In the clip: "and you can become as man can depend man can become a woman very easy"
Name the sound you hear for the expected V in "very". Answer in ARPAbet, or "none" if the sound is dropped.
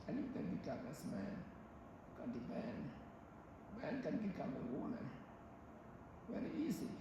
W